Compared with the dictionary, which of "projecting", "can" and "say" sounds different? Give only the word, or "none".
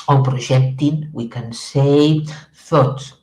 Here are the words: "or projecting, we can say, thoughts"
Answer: projecting